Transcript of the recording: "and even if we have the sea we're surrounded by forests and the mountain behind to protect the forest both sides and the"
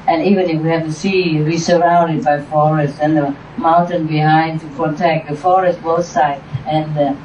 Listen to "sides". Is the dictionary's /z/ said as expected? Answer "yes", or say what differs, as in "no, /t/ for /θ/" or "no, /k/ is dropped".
no, /z/ is dropped